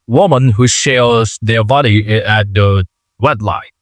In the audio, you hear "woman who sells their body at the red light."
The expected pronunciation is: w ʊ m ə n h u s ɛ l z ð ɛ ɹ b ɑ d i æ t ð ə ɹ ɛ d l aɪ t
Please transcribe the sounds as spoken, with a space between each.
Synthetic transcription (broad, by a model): w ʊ m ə n h u ʃ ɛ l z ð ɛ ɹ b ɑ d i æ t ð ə w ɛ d l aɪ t